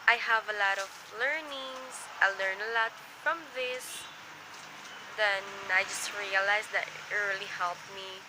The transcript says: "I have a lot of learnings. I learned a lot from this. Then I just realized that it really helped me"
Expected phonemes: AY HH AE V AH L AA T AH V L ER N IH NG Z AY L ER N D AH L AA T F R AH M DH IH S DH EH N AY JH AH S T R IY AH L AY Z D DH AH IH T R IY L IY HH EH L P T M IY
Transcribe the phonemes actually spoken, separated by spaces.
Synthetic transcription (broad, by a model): AY HH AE V AH L AA T AH V L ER N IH NG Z AY L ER N AH L AA T F R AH M DH IH S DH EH N AY JH AH S T R IY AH L AY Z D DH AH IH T R IY L IY HH EH L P M IY